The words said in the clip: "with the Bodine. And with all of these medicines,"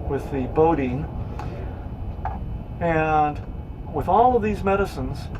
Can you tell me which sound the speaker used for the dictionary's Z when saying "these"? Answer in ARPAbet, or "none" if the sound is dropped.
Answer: Z